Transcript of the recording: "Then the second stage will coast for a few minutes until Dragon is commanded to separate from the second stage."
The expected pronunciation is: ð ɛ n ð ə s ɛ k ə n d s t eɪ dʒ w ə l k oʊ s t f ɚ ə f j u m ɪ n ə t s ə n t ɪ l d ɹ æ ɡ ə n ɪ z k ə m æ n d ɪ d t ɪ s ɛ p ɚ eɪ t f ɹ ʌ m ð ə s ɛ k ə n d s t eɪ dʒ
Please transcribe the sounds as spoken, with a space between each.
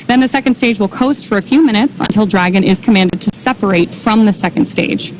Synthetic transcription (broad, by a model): ð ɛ n ð ə s ɛ k ə n d s t eɪ dʒ w ə l k oʊ s t f ɚ ə f j u m ɪ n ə t s ə n t ɪ l d ɹ æ ɡ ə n ɪ z k ə m æ n d ɪ d t ɪ s ɛ p ɚ eɪ t f ɹ ʌ m ð ə s ɛ k ə n d s t eɪ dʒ